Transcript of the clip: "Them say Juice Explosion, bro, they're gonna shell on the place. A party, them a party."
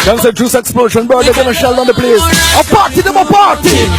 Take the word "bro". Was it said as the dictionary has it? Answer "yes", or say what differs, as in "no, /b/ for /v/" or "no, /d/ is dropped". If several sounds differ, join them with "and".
no, /ɹ/ is dropped